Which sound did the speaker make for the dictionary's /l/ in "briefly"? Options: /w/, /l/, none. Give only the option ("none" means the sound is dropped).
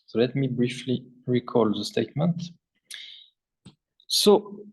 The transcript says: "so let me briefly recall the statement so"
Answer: /l/